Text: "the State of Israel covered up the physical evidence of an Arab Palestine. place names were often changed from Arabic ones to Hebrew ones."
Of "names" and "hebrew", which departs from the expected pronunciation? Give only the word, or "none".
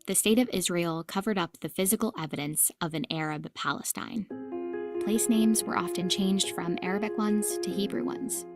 none